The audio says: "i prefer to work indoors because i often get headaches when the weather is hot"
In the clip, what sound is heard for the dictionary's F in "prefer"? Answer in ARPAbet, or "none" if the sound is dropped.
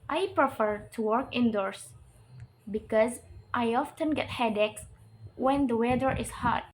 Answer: F